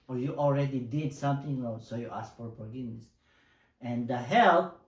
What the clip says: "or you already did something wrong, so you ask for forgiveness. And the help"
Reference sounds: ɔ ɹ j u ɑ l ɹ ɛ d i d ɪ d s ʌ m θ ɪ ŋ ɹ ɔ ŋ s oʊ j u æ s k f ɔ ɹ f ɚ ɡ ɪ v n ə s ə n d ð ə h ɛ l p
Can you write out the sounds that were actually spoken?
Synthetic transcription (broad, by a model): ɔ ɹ j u ɑ l ɹ ɛ d i d ɪ d s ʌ m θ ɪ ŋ l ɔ s oʊ j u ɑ s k f ɔ ɹ p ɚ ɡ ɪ n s ə n d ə h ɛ l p